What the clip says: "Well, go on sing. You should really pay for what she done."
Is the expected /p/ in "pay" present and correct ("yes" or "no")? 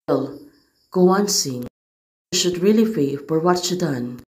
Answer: no